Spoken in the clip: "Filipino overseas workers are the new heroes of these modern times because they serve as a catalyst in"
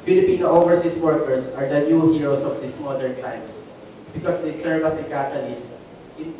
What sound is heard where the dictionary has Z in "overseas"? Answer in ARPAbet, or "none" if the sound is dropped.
S